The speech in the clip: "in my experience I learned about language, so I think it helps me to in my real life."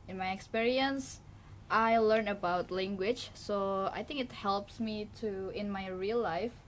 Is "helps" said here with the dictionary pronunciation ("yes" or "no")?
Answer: yes